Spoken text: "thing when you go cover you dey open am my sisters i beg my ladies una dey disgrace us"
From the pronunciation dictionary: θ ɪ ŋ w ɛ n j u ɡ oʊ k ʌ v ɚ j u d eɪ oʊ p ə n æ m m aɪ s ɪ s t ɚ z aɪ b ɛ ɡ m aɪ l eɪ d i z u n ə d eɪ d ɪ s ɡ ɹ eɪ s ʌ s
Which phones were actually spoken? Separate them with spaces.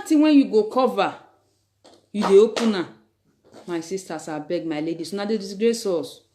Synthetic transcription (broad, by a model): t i w ɛ n j u ɡ oʊ k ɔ v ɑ j u d eɪ oʊ p ə n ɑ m m aɪ s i s t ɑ s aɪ b ɛ ɡ m aɪ l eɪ d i s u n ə d eɪ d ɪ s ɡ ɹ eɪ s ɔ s